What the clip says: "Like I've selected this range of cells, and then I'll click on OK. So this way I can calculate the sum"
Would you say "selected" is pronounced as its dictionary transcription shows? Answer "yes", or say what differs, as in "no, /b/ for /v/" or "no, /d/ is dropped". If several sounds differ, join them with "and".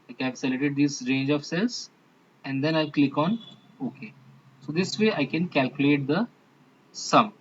no, /k/ is dropped